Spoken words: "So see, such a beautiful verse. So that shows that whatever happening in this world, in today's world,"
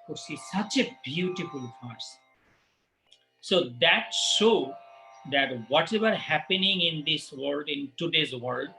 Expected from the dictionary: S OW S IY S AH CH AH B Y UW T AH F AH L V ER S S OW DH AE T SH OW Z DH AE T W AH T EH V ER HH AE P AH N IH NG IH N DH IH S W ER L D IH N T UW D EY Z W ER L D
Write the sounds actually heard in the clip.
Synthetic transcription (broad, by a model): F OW S IY S AH CH AH B Y UW T AH F AH L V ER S S OW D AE T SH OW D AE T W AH T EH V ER HH AE P AH N IH NG IH N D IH S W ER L D IH N T UW D EY Z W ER L D